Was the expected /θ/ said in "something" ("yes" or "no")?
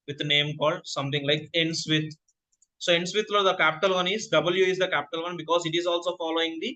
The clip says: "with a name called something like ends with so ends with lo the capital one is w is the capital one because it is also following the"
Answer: no